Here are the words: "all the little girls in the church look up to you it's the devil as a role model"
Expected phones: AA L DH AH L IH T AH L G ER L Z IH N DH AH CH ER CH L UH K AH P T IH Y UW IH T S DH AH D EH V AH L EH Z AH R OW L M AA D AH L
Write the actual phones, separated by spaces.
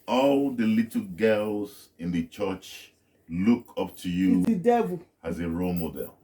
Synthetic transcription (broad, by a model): AA L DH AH L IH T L G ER L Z IH N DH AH CH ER CH L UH K AH P T IH Y UW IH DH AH D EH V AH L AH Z AH R OW L M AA D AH L